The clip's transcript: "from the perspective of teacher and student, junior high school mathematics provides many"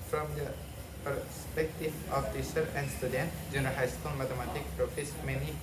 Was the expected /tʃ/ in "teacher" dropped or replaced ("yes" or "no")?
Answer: yes